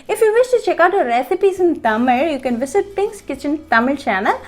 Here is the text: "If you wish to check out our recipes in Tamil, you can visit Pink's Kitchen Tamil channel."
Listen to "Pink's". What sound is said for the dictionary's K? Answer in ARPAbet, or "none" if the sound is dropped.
K